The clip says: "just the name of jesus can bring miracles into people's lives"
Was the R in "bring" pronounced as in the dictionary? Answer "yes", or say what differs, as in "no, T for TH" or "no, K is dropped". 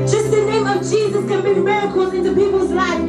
no, R is dropped